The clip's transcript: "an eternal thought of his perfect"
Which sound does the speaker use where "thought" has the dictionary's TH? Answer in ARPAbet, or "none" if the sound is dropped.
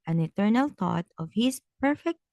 T